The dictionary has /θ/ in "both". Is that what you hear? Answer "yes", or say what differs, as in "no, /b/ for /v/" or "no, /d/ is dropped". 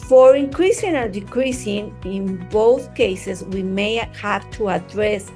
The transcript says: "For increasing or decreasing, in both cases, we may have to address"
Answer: yes